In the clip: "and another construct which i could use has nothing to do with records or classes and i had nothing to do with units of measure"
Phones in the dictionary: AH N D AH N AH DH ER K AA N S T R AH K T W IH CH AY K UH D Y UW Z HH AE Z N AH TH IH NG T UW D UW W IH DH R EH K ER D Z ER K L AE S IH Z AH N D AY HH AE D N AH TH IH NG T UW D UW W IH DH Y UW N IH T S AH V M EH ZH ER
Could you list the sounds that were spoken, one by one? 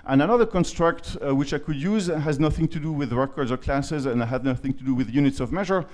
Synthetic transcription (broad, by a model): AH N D AH N AH DH ER K AA N S T R AH K T W IH CH AY K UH D Y UW Z HH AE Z N AH TH IH NG T UW D UW W IH DH R EH K ER D Z ER K L AE S IH Z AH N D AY HH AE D N AH TH IH NG T UW D UW W IH DH Y UW N IH T S AH V M EH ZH ER